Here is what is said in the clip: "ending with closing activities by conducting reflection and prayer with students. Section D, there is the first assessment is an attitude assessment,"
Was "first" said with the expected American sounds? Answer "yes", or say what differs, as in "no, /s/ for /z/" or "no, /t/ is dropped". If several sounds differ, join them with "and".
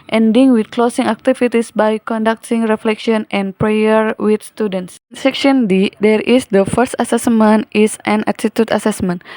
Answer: yes